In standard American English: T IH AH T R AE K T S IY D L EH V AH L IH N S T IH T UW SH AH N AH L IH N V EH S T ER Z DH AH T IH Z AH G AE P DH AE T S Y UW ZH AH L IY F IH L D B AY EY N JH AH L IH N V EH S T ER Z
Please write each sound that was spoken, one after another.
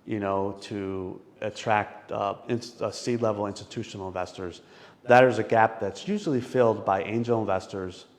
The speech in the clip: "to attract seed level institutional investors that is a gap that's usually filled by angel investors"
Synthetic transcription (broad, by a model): T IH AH T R AE K T S IY D L EH V L IH N S T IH T UW SH N L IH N V EH S T ER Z DH AH T IH Z AH G AE P DH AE T S Y UW ZH L IY F IH L D B AY EY N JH L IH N V EH S T ER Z